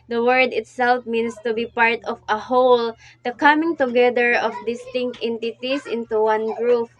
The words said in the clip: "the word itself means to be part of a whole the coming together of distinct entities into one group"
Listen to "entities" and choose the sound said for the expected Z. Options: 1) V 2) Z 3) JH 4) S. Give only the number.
4